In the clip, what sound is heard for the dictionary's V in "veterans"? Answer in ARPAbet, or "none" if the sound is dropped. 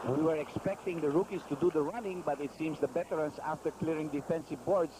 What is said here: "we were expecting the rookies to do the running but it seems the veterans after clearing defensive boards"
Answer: B